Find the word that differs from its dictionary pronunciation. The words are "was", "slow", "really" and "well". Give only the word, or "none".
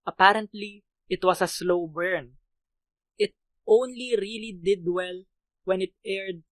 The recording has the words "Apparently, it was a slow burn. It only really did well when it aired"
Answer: was